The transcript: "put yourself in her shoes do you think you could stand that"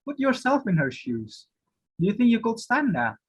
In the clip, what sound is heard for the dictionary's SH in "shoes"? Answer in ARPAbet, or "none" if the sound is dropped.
SH